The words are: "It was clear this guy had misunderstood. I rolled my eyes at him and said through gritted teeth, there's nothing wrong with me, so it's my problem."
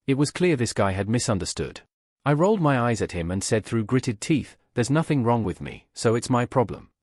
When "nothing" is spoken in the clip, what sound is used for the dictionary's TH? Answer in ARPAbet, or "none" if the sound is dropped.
TH